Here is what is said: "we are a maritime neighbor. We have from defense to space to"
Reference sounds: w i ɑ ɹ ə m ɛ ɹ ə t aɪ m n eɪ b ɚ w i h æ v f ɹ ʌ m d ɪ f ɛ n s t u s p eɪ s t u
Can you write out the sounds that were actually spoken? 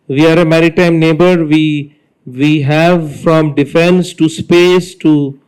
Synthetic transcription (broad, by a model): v i ɑ ɹ ə m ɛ ɹ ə t aɪ m n eɪ b ɚ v i h æ v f ɹ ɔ m d ɪ f ɛ n s t u s p eɪ s t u